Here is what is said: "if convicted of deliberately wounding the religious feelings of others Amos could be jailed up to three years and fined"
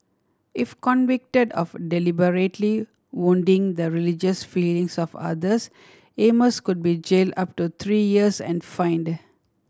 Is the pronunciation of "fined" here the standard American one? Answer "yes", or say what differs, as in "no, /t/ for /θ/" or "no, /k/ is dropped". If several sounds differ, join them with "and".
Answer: yes